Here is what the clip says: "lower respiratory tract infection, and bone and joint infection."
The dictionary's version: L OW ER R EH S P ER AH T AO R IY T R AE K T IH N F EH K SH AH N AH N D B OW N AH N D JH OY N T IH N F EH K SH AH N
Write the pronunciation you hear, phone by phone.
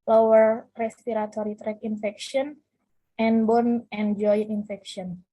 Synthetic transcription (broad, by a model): L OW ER R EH S P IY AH T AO R IY T R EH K IH N F EH K SH AH N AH N B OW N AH N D JH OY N IH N F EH K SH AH N